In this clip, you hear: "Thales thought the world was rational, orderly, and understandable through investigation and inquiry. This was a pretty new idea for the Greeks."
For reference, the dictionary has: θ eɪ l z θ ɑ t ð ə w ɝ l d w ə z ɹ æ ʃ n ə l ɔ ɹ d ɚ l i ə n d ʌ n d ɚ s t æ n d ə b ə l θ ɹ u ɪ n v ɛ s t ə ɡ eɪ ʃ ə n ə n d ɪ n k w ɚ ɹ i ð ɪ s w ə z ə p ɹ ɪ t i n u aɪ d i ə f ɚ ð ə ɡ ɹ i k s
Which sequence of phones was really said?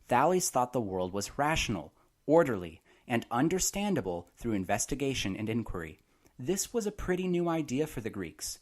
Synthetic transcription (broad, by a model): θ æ l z θ ɑ t ð ə w ɝ l d w ə z ɹ æ ʃ n l ɔ ɹ d ɚ l i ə n ʌ n d ɚ s t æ n d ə b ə l θ ɹ u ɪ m v ɛ s t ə ɡ eɪ ʃ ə n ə n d ɪ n k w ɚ ɹ i ð ɪ s w ə z ə p ɹ ɪ t i n u aɪ d i ə f ɚ ð ə ɡ ɹ i k s